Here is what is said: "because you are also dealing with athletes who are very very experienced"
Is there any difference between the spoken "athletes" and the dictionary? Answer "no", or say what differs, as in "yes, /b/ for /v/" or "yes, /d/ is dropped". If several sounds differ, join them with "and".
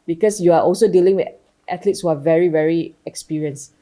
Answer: yes, /t/ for /θ/